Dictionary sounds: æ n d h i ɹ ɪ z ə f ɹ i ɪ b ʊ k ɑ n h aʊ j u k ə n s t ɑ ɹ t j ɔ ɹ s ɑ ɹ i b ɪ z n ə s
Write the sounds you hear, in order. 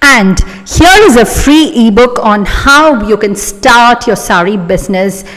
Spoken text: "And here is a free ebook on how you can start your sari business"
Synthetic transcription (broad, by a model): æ n d h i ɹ ɪ z ə f ɹ i ɪ b ʊ k ɑ n h aʊ j u k ə n s t ɑ ɹ t j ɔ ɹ s ɑ ɹ i b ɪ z n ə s